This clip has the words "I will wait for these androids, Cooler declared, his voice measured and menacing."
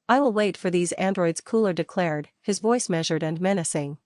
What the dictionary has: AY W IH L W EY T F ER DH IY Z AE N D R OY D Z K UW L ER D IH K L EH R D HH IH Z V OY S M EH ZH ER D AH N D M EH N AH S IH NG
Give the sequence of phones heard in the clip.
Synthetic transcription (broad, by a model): AY W IH L W EY T F ER DH IY Z AE N D R OY D Z K UW L ER D IH K L EH R D HH IH Z V OY S M EH ZH ER D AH N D M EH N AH S IH NG